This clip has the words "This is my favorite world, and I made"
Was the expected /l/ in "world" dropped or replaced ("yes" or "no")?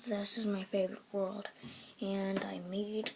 no